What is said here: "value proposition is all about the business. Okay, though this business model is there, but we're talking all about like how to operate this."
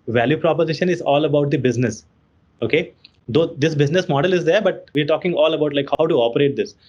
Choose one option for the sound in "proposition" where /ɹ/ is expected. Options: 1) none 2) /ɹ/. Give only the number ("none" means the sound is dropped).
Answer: 2